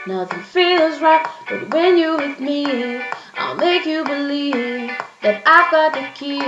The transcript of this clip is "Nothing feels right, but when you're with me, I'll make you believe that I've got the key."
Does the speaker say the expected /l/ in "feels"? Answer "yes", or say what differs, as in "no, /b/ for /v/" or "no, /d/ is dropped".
yes